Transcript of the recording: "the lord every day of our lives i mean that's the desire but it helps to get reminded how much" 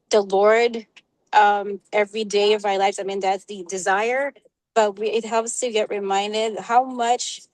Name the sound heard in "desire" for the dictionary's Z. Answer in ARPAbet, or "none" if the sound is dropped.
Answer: Z